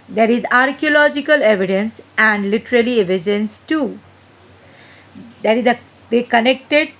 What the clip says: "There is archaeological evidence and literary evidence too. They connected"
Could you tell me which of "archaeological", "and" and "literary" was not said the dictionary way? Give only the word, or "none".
literary